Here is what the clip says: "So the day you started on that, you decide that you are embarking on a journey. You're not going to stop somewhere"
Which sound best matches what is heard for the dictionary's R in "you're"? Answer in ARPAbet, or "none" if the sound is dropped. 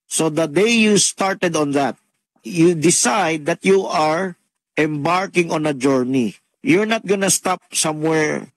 R